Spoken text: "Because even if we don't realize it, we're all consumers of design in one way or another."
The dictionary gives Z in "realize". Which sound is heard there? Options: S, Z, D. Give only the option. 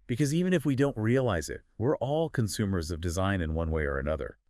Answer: Z